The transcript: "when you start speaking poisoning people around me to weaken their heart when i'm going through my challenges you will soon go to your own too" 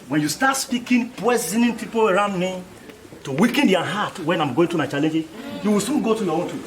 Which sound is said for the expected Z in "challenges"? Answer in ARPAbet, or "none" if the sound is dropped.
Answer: none